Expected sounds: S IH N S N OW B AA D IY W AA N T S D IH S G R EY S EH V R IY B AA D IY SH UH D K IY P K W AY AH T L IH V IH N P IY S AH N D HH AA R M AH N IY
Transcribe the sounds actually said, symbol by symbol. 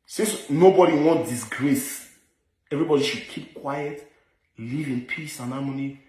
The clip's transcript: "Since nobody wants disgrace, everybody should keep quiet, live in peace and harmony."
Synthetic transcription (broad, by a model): S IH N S N OW B AA D IY W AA N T D IH S G R EY S EH V R IY B AA D IY SH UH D K IY P K W AY AH T L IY V IH N P IY S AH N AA M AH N IY